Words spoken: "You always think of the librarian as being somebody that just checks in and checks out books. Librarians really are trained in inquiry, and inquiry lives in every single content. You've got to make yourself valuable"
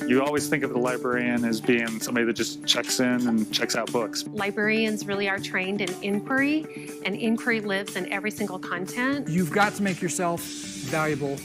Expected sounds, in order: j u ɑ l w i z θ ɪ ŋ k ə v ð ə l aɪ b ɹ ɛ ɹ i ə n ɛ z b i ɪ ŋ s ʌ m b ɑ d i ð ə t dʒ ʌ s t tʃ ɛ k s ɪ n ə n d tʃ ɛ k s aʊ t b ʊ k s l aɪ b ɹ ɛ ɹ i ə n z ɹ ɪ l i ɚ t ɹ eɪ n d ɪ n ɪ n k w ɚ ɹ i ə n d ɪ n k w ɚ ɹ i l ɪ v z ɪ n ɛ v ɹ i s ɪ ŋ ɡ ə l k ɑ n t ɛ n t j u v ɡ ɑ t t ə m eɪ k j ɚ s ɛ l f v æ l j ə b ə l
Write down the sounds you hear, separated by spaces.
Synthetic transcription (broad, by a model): j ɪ ɑ l w i z θ ɪ ŋ k ə v ð ə l aɪ b ɹ ɛ ɹ i ə n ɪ z b i ɪ ŋ s ʌ m b ɑ d i ð ə t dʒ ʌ s tʃ ɛ k s ɪ n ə n tʃ ɛ k s aʊ t b ʊ k s l aɪ b ɹ ɛ ɹ i ə n z ɹ ɪ l i ɚ t ɹ eɪ n d ɪ n ɪ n k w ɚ ɹ i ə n ɪ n k w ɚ ɹ i l ɪ v z ɪ n ɛ v ɹ i s ɪ ŋ ɡ l k ɑ n t ɛ n t j u v ɡ ɑ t t ə m eɪ k j ɚ s ɛ l f v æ l j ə b l